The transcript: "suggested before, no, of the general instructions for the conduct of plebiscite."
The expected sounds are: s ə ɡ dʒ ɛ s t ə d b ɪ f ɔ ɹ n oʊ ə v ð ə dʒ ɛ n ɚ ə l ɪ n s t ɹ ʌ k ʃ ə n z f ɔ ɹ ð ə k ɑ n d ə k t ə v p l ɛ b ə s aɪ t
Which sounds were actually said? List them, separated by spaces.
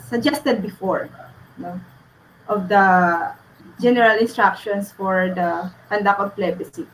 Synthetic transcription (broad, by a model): s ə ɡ dʒ ɛ s t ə d b ɪ f ɔ ɹ n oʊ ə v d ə dʒ ɛ n ɚ ə l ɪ n s t ɹ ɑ k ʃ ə n s f ɔ ɹ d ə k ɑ n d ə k ə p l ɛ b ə s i